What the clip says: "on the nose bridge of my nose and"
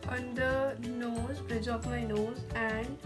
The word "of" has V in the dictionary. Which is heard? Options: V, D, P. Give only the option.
P